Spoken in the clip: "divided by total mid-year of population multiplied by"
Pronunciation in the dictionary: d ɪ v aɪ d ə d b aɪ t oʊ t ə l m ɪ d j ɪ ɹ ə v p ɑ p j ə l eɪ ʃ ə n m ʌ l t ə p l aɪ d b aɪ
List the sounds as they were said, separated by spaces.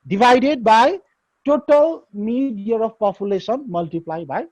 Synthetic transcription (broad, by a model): d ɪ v aɪ d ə d b aɪ t oʊ t ə l m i d j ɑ ɹ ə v p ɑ p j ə l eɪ s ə n m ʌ l t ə p l aɪ b aɪ